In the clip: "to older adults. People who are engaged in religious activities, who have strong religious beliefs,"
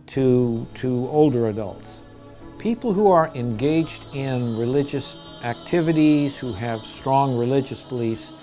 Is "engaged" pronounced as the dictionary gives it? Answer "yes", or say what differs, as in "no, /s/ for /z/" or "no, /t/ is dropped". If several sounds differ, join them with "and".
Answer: yes